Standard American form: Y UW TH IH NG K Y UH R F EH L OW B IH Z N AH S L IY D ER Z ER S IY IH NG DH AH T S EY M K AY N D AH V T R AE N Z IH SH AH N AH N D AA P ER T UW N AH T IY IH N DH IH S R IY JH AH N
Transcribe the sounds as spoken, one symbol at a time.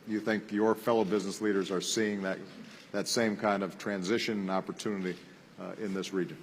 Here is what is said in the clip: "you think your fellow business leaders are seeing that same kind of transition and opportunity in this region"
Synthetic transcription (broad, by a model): Y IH TH IH NG K Y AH R F EH L OW B IH Z N AH S L IY D ER Z ER S IY IH NG DH AH T S EY M K AY N D AH V T R AE N Z IH SH AH N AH N AA P ER T UW N AH T IY IH N DH IH S R IY JH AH N